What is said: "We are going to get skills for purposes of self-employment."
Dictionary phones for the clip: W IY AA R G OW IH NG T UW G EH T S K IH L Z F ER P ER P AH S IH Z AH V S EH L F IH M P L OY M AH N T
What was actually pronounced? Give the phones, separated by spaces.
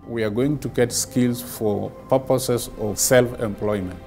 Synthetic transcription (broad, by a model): W IY AA R G OW IH NG T UW G EH T S K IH L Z F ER P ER P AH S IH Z AH V S EH L F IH M P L OY M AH N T